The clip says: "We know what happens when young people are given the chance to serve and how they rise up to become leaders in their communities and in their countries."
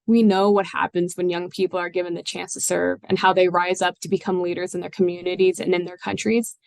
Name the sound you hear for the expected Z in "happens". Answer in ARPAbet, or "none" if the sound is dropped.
Z